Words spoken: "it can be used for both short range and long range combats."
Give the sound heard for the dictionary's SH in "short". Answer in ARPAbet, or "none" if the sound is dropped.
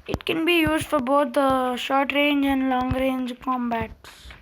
SH